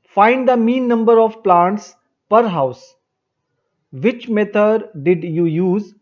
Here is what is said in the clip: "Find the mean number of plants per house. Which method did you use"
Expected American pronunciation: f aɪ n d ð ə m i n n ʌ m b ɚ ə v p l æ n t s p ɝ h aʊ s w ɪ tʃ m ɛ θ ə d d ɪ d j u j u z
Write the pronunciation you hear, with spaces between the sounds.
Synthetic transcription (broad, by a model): f aɪ n d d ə m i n n ʌ m b ɚ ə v p l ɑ n t s p ɝ h aʊ s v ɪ tʃ m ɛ t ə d d ɪ d j u j u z